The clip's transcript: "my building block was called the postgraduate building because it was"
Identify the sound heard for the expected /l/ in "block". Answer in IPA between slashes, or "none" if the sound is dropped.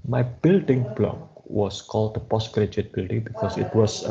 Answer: /l/